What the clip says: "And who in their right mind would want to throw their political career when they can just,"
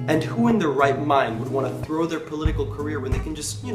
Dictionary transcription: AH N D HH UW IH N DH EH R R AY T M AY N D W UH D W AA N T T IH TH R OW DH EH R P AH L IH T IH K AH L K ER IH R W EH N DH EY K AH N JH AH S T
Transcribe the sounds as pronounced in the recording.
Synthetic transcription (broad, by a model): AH N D HH UW IH N DH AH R R AY T M AY N D W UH D W AA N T T IH TH R OW DH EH R P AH L IH T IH K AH L K ER IH R W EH N DH EY K N JH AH S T